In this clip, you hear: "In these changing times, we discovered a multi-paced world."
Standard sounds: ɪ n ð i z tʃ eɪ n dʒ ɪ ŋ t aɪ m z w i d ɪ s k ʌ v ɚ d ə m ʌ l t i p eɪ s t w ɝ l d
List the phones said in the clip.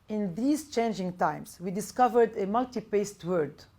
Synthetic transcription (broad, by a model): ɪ n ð i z tʃ eɪ n dʒ ɪ ŋ t aɪ m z w i d ɪ s k ʌ v ɚ d ə m ʌ l t i p eɪ s t w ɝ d